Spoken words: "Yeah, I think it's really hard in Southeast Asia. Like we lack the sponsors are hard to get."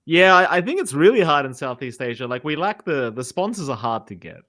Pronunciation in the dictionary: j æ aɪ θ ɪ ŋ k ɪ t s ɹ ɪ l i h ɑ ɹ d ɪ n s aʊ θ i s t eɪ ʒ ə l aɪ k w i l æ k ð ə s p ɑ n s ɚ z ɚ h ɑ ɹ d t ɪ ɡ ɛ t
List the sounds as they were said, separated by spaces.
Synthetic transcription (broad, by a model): j æ aɪ θ ɪ ŋ k ɪ t s ɹ ɪ l i h ɑ ɹ d ɪ n s aʊ θ i s t eɪ ʒ ə l aɪ k w i l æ k ð ə s p ɑ n s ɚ z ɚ h ɑ ɹ d t ɪ ɡ ɛ t